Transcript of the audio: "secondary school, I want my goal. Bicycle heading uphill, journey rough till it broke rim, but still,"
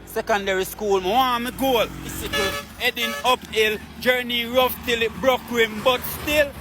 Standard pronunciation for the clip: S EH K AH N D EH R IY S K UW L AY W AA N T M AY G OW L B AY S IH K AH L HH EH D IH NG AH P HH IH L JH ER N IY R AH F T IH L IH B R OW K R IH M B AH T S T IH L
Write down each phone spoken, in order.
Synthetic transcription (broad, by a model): S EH K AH N D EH R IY S K UW L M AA M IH G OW L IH S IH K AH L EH D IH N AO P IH L JH ER N IY R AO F T IH L IH B R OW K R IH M B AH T S T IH L